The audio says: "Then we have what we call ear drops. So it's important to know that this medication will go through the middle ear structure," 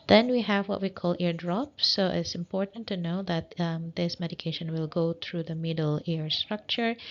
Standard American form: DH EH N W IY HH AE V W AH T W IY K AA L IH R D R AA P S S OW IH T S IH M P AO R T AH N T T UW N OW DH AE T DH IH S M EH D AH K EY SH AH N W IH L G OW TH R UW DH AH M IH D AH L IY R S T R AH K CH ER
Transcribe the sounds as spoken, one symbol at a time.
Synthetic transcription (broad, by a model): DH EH N W IY HH AE V W AH T W IY K AA L IH R D R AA P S S OW IH T S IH M P AO R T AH N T T UW N OW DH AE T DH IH S M EH D AH K EY SH AH N W IH L G OW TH R UW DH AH M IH D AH L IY R S T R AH K CH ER